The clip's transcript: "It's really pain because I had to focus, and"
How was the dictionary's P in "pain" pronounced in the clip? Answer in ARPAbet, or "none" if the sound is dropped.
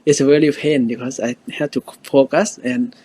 F